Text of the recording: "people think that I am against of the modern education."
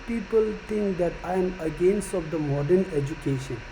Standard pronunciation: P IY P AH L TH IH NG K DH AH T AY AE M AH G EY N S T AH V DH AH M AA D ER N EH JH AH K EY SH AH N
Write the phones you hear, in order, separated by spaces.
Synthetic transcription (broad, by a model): P IY P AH L T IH NG K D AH T AY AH M AH G EY N S T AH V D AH M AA D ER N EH JH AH K EY SH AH N